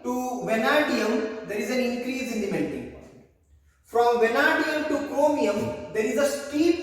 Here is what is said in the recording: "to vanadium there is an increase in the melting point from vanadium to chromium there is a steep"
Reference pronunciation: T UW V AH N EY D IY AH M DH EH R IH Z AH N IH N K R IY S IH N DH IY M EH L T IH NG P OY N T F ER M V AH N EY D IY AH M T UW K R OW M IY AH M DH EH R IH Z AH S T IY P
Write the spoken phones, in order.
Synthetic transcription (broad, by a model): T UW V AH N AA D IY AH M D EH R IH Z AH N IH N K R IY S IH N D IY M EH N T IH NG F T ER M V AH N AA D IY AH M T UW K OW M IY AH M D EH R IH Z AH S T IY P